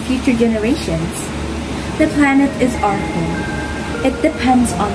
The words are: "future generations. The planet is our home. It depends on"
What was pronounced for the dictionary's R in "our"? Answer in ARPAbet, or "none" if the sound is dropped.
R